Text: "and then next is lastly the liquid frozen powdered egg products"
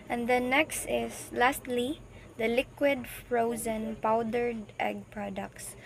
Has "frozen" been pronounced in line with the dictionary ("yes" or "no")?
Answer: yes